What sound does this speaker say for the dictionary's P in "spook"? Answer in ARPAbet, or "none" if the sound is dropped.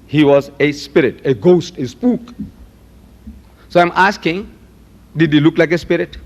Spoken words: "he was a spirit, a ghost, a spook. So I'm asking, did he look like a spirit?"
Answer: P